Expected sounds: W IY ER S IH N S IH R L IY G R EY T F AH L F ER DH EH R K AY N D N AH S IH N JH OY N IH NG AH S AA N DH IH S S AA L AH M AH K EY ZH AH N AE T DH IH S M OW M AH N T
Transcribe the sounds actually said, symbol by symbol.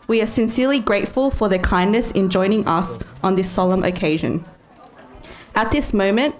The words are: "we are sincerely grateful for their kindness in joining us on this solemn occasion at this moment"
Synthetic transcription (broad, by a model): W IY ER S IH N S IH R L IY G R EY T F AH L F ER DH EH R K AY N N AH S IH N JH OY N IH NG AH S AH N DH IH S S AA L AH M AH K EY ZH AH N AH T DH IH S M OW M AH N T